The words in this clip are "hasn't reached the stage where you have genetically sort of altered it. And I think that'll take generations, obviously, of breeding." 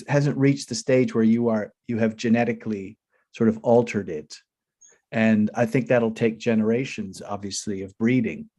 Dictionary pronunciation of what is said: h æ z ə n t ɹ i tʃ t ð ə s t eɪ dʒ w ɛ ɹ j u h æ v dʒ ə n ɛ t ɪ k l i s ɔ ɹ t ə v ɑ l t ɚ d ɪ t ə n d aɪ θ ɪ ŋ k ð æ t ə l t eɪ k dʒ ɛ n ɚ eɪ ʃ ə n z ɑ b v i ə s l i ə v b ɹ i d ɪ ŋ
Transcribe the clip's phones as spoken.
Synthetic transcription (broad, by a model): h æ z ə n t ɹ i tʃ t ð ə s t eɪ dʒ w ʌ ɹ j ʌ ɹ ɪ v dʒ ə n ɛ t ɪ k l i s ɔ ɹ t ə v ɑ l t ɚ d ɪ t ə n aɪ θ ɪ ŋ k ð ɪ t l t eɪ k dʒ ɛ n ɚ eɪ ʃ ə n z ɑ b v i ə s l i ə v b ɹ i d ɪ ŋ